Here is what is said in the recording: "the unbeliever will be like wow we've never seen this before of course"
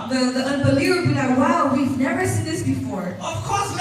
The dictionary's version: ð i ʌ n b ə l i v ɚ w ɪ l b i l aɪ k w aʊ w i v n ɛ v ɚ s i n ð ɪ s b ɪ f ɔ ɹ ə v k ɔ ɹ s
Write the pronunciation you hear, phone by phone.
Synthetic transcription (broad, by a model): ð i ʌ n b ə l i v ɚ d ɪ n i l aɪ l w w i v n ɛ v ɚ s i n ð ɪ s b ɪ f ɔ ɹ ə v k ɔ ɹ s